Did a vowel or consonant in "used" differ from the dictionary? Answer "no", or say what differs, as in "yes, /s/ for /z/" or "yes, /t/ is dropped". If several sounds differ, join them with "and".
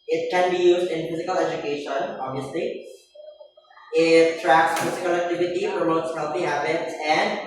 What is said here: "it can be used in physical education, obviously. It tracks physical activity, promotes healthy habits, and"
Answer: no